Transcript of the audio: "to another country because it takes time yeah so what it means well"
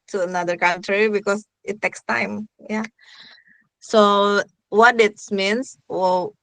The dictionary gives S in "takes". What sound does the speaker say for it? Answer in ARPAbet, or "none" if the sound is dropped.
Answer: S